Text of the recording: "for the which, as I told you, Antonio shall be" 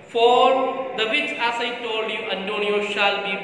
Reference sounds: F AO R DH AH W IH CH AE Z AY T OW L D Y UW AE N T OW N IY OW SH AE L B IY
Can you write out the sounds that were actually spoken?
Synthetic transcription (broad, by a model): F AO R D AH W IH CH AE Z AY T OW L D Y UW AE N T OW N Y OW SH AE L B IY